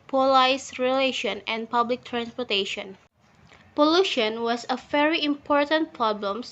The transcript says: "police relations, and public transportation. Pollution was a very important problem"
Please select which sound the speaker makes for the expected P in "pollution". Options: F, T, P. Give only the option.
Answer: P